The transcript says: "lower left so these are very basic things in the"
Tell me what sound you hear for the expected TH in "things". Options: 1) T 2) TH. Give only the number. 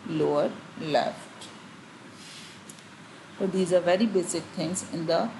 1